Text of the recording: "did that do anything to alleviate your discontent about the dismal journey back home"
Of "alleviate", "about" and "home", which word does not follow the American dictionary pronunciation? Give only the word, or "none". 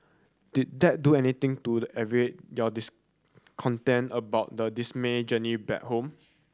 alleviate